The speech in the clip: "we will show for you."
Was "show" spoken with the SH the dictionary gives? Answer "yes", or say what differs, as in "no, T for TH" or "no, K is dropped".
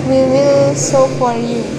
no, S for SH